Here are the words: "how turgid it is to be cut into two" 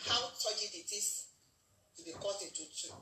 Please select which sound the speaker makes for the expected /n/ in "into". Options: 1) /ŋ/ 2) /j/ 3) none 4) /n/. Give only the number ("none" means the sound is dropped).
3